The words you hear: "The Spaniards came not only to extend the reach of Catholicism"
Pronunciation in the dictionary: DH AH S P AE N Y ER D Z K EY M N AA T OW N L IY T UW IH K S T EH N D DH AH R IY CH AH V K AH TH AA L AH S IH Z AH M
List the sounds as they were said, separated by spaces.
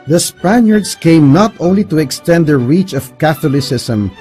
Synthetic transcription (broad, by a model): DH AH S P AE N Y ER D S K EY M N AA T OW N L IY T UW IH K S T EH N D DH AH R IY CH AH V K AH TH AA L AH S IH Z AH M